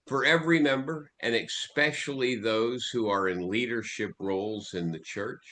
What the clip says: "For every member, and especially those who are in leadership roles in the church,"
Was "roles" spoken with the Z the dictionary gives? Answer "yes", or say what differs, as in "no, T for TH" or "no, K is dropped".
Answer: yes